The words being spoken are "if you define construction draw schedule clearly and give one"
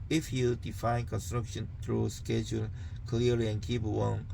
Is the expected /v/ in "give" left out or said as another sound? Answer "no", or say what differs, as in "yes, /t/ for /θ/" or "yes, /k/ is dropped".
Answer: yes, /p/ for /v/